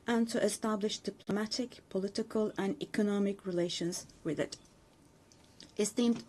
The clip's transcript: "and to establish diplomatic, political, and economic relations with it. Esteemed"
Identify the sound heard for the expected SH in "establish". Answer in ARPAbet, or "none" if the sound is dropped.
SH